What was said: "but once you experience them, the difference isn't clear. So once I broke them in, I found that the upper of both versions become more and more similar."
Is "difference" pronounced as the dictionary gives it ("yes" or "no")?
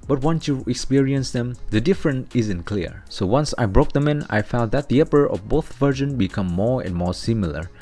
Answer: no